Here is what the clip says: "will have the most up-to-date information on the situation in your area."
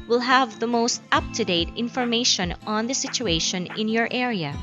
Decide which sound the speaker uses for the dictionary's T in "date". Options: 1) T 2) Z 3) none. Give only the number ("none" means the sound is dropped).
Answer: 1